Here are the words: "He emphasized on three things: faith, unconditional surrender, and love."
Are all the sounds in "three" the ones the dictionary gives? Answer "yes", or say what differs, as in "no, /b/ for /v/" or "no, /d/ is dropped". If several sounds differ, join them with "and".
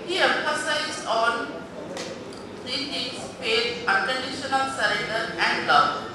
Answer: no, /t/ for /θ/